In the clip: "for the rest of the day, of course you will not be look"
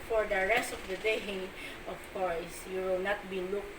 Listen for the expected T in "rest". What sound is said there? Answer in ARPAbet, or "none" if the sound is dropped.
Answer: T